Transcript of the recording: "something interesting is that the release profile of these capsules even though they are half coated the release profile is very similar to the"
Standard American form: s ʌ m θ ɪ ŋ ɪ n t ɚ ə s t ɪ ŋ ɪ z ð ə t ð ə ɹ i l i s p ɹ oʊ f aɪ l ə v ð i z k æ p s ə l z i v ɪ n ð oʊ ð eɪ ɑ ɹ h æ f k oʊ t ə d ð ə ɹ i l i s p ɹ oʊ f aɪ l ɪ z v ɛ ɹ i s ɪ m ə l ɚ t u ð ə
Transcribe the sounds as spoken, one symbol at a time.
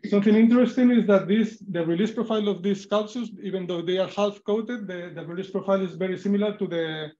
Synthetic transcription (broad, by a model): s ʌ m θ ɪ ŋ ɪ n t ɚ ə s t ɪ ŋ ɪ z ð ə t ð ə ɹ i l i s p ɹ oʊ f aɪ l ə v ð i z k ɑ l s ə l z i b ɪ n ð oʊ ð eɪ ɑ ɹ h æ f k oʊ t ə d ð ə ɹ i l i s p ɹ oʊ f aɪ l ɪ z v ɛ ɹ i s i m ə l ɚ t u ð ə